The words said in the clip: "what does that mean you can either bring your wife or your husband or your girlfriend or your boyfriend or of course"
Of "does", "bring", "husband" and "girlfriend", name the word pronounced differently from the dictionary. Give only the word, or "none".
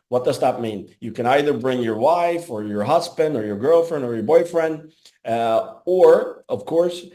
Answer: none